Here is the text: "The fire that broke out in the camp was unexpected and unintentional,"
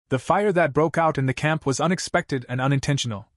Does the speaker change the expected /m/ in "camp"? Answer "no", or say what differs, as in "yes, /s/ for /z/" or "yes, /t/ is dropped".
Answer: no